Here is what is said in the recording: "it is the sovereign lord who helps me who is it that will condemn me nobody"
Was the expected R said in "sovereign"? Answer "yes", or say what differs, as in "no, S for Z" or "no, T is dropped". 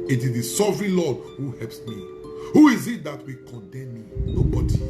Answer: yes